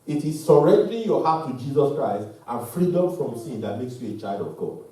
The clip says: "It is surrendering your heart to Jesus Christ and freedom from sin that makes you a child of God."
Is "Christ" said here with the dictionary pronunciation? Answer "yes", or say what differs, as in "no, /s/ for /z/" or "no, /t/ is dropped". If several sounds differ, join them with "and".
yes